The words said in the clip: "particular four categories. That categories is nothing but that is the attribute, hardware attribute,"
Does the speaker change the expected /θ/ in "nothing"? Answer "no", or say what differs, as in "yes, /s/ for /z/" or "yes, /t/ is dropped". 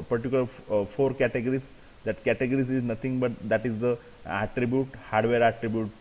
yes, /t/ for /θ/